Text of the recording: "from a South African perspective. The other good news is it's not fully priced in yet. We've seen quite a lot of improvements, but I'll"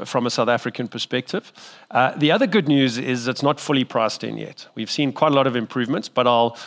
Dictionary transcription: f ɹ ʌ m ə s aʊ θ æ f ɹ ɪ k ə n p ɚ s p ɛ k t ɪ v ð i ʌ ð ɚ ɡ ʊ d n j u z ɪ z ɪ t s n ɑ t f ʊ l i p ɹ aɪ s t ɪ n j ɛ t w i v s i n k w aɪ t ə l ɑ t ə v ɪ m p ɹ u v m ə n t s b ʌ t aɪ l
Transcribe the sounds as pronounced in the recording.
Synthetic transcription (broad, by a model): f ɹ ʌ m ə s aʊ θ æ f ɹ ɪ k ə n p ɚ s p ɛ k t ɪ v ð i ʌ ð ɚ ɡ ʊ d n j u z ɪ z ɪ t s n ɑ t f ʊ l i p ɹ aɪ s t ɪ n j ɛ t w i v s i n k w aɪ t ə l ɑ t ə v ɪ m p ɹ u v m ə n t s b ʌ t aɪ l